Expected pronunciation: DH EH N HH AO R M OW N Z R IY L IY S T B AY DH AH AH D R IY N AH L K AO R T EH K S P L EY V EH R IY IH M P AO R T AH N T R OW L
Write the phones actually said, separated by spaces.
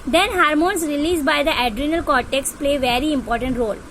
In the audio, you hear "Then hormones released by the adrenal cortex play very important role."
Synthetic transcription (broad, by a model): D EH N HH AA R M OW N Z R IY L IY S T B AY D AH AH D R IY N AH L K AO R T EH K S P L EY V EH R IY IH M P AO R T AH N T R OW L